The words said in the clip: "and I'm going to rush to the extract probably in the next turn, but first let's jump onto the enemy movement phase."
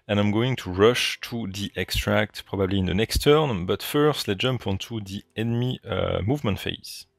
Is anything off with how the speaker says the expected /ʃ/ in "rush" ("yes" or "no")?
no